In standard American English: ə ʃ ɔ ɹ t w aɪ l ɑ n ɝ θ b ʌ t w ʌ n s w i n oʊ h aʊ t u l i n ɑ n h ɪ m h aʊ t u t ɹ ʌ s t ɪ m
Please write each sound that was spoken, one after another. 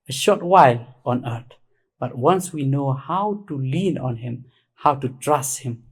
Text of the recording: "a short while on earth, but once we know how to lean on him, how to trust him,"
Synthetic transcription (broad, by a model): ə ʃ ɔ ɹ t w aɪ l ɑ n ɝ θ b ʌ t w ʌ n s w i n oʊ h aʊ t u l i n ɑ n h ɪ m h aʊ t u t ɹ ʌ s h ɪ m